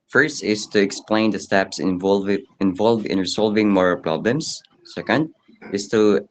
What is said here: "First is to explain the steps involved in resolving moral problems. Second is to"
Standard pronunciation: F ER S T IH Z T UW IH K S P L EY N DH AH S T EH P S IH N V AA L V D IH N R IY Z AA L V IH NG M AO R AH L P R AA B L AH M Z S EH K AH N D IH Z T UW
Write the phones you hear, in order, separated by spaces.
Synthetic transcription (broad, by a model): F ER S T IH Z T UW IH K S P L EY N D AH S T EH P S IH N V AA L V IH N R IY S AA L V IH NG M AO R AH L P R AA B L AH M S S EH K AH N D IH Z T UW